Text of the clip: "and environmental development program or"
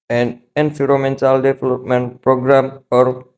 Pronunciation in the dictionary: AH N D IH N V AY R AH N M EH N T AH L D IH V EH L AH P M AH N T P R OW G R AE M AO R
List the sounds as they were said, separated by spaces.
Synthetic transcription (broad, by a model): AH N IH N F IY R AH M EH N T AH L D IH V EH L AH P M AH N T P R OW G R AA M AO R